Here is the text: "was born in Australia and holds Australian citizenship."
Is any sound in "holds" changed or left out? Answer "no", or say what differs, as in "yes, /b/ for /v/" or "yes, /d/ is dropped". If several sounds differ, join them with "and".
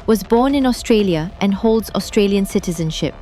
no